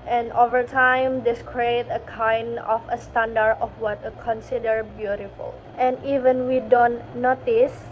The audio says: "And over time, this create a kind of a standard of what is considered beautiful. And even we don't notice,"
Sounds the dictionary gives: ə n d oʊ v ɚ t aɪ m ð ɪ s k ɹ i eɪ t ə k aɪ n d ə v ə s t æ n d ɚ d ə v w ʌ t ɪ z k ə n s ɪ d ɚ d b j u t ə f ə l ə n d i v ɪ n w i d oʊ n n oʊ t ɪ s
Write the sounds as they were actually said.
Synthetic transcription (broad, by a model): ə n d oʊ v ɚ t aɪ m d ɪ s k ɹ i eɪ t ə k aɪ n d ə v ə s t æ n d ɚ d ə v w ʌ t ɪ k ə n s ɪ d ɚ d b j u t ə f ə l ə n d i v ɪ n w i d oʊ n n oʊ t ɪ s